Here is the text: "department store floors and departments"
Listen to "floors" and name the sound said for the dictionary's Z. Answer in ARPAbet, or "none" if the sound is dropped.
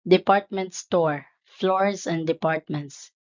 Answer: S